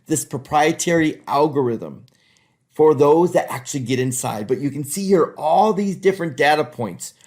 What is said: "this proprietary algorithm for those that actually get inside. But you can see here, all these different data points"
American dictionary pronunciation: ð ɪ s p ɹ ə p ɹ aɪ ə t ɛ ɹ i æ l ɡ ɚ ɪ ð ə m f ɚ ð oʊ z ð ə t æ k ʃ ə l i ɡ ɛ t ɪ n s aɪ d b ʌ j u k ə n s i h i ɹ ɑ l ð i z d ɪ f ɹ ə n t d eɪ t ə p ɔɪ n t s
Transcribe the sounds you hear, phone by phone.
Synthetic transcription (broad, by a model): ð ɪ s p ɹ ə p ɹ aɪ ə t ɛ ɹ i æ l ɡ ɚ ɪ ð ə m f ɚ ð oʊ z ð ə t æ k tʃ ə l i ɡ ɛ t ɪ n s aɪ d b ʌ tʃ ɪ k ə n s i h i ɹ ɑ l ð i z d ɪ f ɹ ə n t d eɪ t ə p ɔɪ n t s